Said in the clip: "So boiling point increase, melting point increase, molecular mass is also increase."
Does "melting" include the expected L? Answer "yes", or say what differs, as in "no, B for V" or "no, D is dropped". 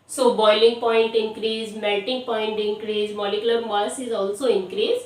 no, L is dropped